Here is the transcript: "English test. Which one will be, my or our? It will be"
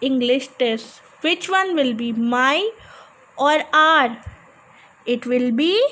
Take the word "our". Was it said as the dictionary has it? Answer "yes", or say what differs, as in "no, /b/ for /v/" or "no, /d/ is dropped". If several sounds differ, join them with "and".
yes